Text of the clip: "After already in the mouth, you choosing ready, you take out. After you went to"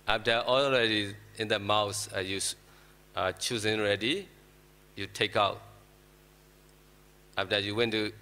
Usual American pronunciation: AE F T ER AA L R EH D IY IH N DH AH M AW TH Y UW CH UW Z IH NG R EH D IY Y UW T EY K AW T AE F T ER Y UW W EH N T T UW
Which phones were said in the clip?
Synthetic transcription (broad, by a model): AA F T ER AA L R EH D IY IH N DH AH M AW S Y UW CH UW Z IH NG R EH D IY Y UW T EY K AW T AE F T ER Y UW W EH N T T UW